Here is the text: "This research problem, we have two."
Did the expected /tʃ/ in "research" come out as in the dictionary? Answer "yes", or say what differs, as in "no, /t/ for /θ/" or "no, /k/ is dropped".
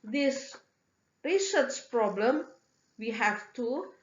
no, /s/ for /tʃ/